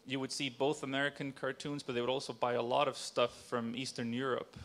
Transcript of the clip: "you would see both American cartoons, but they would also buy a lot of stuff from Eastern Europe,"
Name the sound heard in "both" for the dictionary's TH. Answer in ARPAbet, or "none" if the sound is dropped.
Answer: TH